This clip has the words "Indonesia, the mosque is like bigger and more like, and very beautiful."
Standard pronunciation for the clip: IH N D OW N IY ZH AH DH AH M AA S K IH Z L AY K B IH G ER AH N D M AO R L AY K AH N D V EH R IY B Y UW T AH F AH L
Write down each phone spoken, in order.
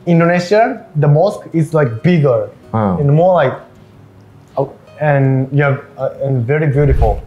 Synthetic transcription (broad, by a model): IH N D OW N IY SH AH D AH M AA S K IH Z L AY K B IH G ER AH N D M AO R L AY K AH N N V EH R IY B Y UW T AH F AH L